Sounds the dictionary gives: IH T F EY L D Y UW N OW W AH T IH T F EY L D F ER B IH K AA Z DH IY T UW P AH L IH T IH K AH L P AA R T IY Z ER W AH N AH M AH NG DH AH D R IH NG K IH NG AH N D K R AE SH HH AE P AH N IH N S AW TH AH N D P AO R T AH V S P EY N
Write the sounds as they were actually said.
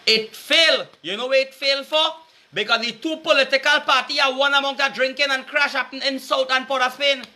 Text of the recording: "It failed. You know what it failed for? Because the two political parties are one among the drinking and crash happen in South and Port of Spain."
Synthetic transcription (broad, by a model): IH T F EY L Y UW N OW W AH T IH T F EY L F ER B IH K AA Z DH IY T UW P AH L IH T IH K AH L P AA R T IY ER W AH N AH M AH NG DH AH D R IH NG K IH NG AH N K R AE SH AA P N IH N S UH T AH N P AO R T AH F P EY N